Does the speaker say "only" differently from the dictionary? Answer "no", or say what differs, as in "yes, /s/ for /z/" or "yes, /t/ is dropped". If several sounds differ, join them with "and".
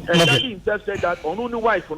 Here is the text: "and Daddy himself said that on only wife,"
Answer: yes, /l/ is dropped